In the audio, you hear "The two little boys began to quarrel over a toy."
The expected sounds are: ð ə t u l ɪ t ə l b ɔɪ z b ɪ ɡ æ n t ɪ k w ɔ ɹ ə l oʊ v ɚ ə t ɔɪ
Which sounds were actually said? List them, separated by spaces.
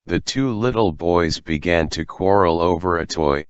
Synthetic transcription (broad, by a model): ð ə t u l ɪ t l b ɔɪ z b ɪ ɡ æ n t ɪ k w ɔ ɹ l oʊ v ɚ ə t ɔɪ